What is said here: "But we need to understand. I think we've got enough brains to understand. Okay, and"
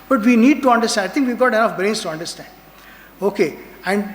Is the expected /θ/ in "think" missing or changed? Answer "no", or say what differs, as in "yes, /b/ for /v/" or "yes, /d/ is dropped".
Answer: yes, /t/ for /θ/